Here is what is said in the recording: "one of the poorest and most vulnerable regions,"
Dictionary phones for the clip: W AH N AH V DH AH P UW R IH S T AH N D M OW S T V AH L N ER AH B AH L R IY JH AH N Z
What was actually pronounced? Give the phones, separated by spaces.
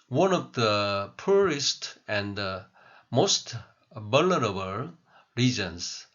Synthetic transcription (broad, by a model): W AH N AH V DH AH P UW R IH S T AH N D M OW S T B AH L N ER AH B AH L R IY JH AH N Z